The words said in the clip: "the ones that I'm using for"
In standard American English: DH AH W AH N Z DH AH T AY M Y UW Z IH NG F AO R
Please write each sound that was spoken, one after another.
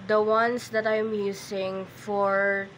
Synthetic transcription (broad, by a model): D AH W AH N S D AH T AY M Y UW S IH NG F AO R